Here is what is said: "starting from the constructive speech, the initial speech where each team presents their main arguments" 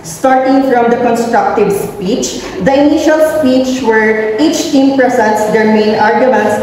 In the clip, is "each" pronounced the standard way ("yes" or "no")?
yes